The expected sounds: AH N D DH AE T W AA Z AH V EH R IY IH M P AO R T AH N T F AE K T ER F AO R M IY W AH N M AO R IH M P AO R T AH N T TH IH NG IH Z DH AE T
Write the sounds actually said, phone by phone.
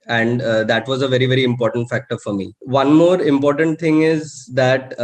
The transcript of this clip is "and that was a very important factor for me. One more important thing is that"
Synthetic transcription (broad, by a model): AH N D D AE T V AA Z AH V EH R IY IH M P AO R T AH N T F AE K T ER F AO R M IY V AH N M AO R IH M P AO R T AH N T T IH NG IH Z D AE T